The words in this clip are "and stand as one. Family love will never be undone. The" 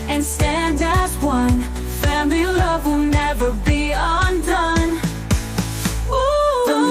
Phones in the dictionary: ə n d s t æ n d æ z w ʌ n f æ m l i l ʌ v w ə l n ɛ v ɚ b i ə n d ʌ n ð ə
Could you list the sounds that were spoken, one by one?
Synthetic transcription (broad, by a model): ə n s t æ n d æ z w ʌ n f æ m i l ʌ v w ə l n ɛ v ɚ b i ə n d ʌ n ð